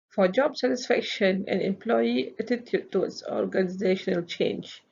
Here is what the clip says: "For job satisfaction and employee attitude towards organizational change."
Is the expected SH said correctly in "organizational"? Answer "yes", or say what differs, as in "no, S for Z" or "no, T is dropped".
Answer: yes